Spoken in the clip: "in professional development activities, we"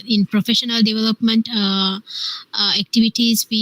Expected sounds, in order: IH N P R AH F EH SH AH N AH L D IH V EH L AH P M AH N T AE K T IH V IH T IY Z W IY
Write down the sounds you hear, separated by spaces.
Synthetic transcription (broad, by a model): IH N P R AH F EH SH AH N AH L D IH V EH L AH P M AH N T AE K T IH V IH T IY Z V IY